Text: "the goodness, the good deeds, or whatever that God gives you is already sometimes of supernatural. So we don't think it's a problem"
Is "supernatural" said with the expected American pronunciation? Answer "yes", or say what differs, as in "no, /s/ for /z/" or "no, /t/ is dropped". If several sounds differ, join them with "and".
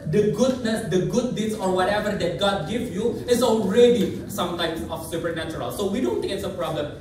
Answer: yes